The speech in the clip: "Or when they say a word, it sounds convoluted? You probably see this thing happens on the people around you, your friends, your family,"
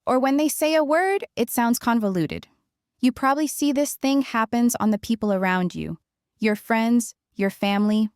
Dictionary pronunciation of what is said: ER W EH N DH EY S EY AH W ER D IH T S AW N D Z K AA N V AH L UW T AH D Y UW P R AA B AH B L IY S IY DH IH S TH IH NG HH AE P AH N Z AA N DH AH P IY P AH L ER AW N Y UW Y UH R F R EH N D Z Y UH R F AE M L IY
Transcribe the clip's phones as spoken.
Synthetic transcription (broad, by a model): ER W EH N DH EY S EY AH W ER D IH T S AW N D Z K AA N V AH L UW T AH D Y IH P R AA B AH B L IY S IY DH IH S TH IH NG HH AE P AH N Z N DH AH P IY P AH L ER AW N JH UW Y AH R F R EH N D Z Y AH R F AE M L IY